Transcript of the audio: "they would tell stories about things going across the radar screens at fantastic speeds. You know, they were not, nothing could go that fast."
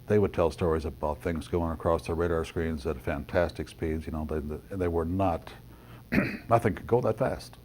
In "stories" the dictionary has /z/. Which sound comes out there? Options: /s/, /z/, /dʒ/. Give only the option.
/z/